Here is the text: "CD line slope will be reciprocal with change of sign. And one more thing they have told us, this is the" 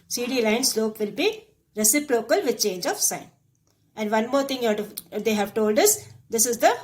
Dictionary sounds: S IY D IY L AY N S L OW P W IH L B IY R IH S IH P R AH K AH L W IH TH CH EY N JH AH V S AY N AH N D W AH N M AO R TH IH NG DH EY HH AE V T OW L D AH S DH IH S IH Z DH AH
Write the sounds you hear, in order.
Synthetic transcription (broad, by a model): S IY D IY L AY N S L OW P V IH L B IY R IH S IH P R AH K AH L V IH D CH EY N JH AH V S AY N AH N D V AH N M AO R T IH NG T EY HH AE V T OW L D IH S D IH S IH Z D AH